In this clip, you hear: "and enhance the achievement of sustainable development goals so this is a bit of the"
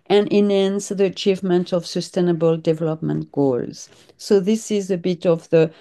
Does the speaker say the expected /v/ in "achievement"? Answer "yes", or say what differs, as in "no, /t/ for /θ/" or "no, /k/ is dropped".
yes